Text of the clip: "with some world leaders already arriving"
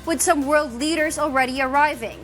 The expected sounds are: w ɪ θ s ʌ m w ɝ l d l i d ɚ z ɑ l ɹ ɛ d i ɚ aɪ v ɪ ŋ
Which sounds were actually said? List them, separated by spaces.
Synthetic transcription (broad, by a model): w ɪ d s ʌ m w ɝ l d l i d ɚ z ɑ l ɹ ɛ d i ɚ aɪ v ɪ ŋ